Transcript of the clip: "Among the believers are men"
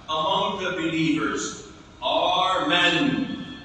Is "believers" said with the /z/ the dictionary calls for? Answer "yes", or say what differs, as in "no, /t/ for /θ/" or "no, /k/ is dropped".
yes